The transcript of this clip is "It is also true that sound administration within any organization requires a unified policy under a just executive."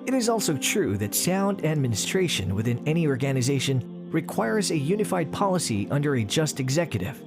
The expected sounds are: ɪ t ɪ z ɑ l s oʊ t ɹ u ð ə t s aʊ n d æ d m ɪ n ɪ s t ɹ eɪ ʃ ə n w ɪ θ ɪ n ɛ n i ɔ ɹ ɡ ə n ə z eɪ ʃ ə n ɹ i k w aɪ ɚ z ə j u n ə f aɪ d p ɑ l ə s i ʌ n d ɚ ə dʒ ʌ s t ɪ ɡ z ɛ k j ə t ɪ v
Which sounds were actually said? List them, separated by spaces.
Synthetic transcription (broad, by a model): ɪ t ɪ z ɑ l s oʊ t ɹ u ð ə t s aʊ n d æ d m ɪ n ɪ s t ɹ eɪ ʃ ə n w ɪ θ ɪ n ɛ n i ɔ ɹ ɡ ə n ə z eɪ ʃ ə n ɹ i k w aɪ ɚ z ə j u n ə f aɪ d p ɑ l ə s i ʌ n d ɚ ə dʒ ʌ s t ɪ ɡ z ɛ k j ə t ɪ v